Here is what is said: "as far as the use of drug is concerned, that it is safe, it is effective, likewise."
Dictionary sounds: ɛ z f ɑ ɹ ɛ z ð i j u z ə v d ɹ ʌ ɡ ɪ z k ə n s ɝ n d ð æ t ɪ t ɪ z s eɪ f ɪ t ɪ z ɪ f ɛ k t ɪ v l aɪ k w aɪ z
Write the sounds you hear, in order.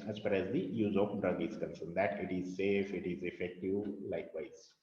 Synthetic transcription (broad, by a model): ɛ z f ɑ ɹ ɛ z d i j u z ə p d ɹ ʌ ɡ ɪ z k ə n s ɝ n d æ t ɪ t ɪ z s eɪ f ɪ t ɪ z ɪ f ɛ k t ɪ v l aɪ k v aɪ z